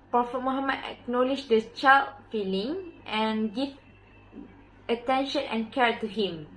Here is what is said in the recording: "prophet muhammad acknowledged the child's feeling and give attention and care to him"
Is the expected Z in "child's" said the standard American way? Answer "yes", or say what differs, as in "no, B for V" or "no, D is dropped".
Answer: no, Z is dropped